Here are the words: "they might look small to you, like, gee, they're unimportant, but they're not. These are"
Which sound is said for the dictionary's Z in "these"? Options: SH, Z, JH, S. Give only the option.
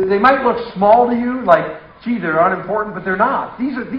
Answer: Z